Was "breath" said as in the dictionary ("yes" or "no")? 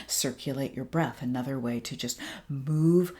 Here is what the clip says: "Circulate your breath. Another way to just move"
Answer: yes